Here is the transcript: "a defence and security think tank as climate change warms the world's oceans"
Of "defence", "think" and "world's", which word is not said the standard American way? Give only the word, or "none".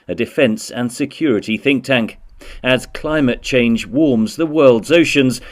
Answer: none